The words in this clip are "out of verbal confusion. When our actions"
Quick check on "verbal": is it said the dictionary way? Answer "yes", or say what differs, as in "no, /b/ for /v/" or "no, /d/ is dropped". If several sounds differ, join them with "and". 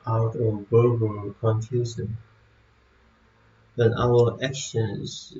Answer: no, /b/ is dropped